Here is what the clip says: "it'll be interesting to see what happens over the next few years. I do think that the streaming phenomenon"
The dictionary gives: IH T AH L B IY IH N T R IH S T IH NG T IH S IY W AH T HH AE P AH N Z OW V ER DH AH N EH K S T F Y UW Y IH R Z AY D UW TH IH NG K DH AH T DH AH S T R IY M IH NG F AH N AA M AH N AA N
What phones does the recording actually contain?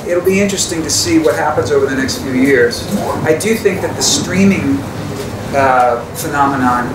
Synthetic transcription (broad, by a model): IH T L B IY IH N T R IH S T IH NG T IH S IY W AH T HH AE P AH N Z OW V ER DH AH N EH K S T F Y UW Y IH R Z AY D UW TH IH NG K DH AH T DH AH S T R IY M IH NG F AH N AA M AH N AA N